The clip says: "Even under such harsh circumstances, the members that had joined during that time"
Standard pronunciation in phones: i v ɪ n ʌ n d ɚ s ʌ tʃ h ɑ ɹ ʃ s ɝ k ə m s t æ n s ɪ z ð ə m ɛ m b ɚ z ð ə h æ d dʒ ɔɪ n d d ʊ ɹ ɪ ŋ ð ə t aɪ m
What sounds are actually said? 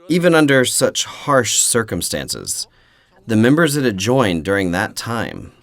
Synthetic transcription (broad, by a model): i v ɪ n ʌ n d ɚ s ʌ tʃ h ɑ ɹ ʃ s ɝ k ə m s t æ n s ɪ z ð ə m ɛ m b ɚ z ð ə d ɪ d dʒ ɔɪ n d d ʊ ɹ ɪ ŋ ð ə t aɪ m